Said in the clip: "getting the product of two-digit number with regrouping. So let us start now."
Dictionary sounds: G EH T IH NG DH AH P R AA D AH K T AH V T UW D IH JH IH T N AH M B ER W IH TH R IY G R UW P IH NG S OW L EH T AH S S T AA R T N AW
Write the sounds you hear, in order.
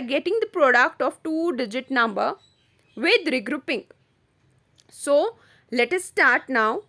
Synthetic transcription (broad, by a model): G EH T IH NG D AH P R AA D AH K T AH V T UW D IH JH IH T N AH M B ER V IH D R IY G R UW P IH NG S OW L EH T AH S S T AA R T N AW